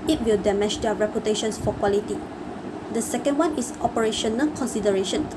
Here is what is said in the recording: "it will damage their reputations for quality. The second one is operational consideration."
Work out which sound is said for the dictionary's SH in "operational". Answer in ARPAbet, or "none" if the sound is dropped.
SH